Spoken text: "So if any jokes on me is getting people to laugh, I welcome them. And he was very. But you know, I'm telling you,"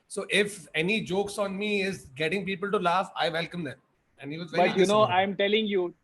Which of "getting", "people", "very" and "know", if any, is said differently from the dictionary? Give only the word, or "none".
very